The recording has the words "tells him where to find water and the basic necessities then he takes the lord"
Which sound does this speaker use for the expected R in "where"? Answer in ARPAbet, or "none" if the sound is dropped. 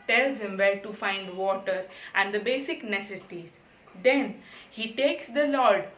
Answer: L